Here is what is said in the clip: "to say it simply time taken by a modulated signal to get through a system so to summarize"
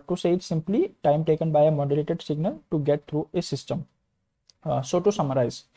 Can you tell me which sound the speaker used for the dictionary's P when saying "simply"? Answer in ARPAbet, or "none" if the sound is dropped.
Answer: P